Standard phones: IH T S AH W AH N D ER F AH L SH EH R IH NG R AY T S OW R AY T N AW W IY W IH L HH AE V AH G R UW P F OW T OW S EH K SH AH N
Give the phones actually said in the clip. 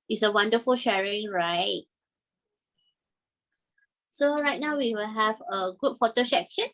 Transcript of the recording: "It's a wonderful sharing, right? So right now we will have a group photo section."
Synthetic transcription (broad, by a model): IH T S AH W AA N D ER F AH L SH EH R IH NG R AY T S OW R AY T N AW W IY W IH L HH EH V AH G UW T F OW T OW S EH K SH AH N